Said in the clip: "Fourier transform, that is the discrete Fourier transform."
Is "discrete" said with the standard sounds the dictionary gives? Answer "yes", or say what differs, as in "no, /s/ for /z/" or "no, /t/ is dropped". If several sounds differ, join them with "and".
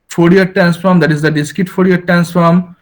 no, /ɹ/ is dropped